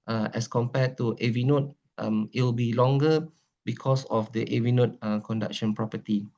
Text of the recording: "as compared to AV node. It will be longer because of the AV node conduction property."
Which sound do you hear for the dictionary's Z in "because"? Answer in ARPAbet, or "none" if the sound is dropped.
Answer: S